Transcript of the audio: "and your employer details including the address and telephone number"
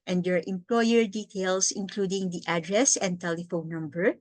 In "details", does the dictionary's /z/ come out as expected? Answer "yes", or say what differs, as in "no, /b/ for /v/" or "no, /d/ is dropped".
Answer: no, /s/ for /z/